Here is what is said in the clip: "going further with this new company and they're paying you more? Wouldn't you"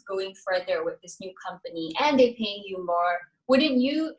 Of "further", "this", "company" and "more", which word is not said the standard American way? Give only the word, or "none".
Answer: none